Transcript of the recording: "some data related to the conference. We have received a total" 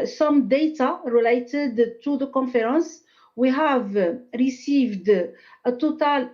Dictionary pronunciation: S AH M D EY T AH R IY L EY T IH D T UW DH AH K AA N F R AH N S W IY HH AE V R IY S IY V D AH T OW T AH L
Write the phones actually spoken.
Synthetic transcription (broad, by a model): S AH M D EY T AH R IY L EY T IH D T UW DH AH K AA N F R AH N S W IY HH AE V R IY S IY V D AH T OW T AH L